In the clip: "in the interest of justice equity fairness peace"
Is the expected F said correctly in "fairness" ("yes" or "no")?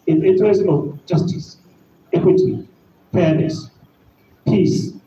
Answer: no